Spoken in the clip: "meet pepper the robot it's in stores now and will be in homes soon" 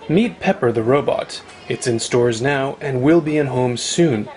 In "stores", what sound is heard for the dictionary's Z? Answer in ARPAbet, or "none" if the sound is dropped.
Z